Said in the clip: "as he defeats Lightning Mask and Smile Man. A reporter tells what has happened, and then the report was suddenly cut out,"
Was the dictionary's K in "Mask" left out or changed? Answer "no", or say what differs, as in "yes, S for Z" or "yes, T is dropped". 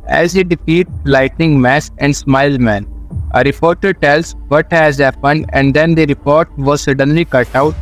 yes, K is dropped